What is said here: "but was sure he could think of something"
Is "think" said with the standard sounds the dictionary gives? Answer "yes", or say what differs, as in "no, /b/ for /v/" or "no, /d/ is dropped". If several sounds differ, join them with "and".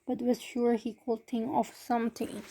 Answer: no, /k/ is dropped